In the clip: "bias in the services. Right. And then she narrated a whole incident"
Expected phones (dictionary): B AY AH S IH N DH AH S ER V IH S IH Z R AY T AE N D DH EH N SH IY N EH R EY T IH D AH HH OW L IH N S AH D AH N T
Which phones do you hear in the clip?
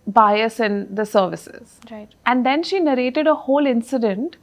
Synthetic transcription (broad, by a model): B AY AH S IH N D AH S ER V IH S IH Z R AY T AE N D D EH N SH IY N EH R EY T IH D AH HH OW L IH N S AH D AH N T